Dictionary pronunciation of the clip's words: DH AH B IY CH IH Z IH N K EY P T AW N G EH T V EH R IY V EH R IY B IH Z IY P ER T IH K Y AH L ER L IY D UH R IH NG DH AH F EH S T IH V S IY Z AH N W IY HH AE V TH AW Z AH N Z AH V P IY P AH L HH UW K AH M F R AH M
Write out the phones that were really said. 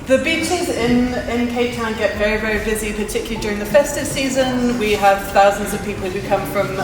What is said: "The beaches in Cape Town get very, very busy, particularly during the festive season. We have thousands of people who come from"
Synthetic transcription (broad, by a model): DH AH B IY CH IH Z IH N K EY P T AW N G EH T V EH R IY V EH R IY B IH Z IY P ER T IH K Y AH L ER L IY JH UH R IH NG DH AH F EH S T IH V S IY Z AH N W IY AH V TH AW Z AH N Z AH V P IY P AH L HH UW K AH M F R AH M